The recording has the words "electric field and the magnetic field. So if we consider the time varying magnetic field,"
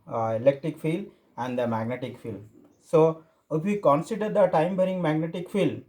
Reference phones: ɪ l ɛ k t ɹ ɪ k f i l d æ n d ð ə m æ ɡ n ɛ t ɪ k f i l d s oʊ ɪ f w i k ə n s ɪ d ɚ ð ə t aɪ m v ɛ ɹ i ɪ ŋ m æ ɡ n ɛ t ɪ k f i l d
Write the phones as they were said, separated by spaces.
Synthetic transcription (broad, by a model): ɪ l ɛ k t ɹ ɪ k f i l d æ n d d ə m æ ɡ n ɛ t ɪ k f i l s oʊ ɪ f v i k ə n s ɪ d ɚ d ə t aɪ m b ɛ ɹ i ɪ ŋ m æ ɡ n ɛ t ɪ k f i l